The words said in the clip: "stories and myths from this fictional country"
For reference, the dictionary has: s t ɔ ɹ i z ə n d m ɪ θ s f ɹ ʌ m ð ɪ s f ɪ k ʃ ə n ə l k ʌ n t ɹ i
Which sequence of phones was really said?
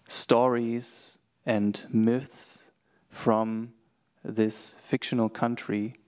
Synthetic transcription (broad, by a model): s t ɔ ɹ i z ə n d m ɪ θ s f ɹ ʌ m ð ɪ s f ɪ k ʃ ə n ə l k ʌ n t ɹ i